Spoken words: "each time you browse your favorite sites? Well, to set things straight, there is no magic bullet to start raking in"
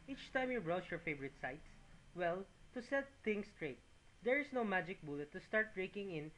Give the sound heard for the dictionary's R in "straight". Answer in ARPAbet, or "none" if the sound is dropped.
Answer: R